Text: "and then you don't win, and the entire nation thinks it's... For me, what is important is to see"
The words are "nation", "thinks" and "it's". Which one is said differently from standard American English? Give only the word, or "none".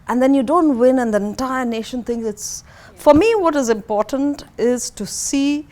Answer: thinks